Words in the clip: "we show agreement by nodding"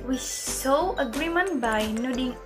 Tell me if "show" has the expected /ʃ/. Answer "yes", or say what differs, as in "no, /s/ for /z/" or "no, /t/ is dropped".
no, /s/ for /ʃ/